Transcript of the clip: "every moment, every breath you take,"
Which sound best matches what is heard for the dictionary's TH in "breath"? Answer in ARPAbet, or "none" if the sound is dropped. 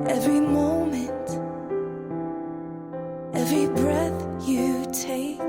TH